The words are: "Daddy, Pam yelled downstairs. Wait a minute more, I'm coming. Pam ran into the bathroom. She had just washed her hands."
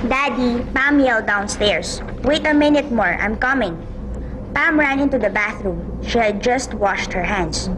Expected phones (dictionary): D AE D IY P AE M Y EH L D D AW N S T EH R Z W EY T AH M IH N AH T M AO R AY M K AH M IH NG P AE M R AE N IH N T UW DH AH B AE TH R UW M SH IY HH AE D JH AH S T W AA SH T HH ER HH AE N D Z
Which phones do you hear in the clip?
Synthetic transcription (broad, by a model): D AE D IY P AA M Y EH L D D AW N S T EH R S W EY T AH M IH N AH T M AO R AY M K AH M IH NG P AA M R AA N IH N T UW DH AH B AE TH R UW M SH IY HH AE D JH AH S T W AA SH T HH ER HH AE N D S